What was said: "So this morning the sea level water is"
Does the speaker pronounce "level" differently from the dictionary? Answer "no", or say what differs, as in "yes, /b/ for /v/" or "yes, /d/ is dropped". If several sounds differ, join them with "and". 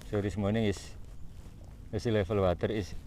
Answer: yes, /f/ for /v/